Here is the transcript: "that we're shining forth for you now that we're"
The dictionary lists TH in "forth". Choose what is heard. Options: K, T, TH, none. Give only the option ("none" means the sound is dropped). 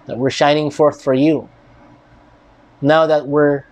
TH